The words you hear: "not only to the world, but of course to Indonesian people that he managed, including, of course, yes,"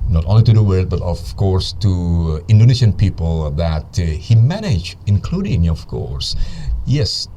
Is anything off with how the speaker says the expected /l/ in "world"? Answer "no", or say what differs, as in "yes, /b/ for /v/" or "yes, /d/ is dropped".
yes, /l/ is dropped